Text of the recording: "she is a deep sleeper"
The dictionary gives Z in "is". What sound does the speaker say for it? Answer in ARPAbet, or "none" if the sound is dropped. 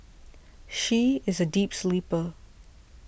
Z